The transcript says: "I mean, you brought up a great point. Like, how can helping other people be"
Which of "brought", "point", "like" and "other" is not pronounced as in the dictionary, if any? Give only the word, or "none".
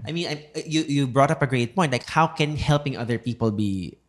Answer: point